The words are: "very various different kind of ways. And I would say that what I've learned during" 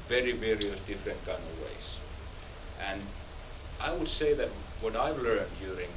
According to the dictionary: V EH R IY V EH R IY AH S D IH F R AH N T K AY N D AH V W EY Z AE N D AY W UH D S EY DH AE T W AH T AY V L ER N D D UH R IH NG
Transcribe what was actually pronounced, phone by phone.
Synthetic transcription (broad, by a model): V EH R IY V EH R IY AH S D IH F R AH N T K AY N AH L W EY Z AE N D AY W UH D S EY DH AE T W AH T AY V L ER N D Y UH R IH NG